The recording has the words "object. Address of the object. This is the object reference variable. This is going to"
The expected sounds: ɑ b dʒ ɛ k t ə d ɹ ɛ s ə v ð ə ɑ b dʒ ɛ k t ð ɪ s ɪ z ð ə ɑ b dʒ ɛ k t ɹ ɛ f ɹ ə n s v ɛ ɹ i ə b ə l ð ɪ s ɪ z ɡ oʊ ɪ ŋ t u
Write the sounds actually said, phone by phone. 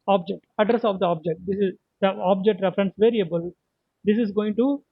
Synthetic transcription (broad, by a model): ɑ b dʒ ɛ k t ə d ɹ ɛ s ə v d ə ɑ b dʒ ɛ k t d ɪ s ɪ z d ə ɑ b dʒ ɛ k t ɹ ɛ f ɹ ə n s v ɛ ɹ i ə b ə l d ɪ s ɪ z ɡ oʊ ɪ ŋ t u